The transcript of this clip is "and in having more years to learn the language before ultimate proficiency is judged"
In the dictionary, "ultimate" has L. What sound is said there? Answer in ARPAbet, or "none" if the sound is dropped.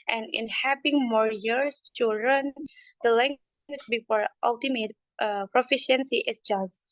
L